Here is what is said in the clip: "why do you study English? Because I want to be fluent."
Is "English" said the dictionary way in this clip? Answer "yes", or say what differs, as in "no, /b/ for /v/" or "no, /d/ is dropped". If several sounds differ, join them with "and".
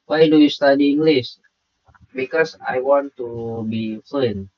no, /s/ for /ʃ/